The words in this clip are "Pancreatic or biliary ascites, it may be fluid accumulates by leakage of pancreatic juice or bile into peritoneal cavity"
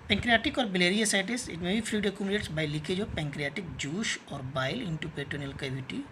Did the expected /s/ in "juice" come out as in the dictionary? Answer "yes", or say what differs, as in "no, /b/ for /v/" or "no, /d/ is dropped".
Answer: no, /ʃ/ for /s/